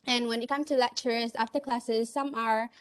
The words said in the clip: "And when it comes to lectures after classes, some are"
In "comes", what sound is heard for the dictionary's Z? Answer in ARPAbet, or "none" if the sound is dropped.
none